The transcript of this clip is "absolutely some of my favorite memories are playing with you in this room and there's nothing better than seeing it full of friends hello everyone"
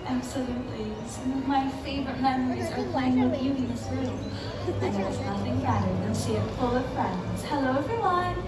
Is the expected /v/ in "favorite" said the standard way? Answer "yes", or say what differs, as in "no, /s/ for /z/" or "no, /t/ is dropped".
yes